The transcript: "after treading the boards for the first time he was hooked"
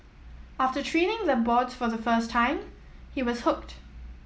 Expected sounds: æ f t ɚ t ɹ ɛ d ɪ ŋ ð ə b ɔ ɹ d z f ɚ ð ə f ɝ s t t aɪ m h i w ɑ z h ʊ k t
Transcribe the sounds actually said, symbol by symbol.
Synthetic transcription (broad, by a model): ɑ f t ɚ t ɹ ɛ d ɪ ŋ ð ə b ɔ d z f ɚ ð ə f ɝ s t t aɪ m h i w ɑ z h ʊ k t